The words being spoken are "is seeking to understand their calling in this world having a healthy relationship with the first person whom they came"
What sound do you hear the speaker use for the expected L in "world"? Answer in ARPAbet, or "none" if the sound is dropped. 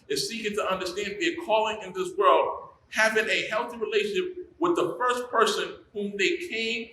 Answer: L